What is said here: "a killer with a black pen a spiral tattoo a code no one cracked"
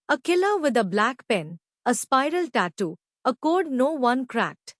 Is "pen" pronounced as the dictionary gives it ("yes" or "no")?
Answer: yes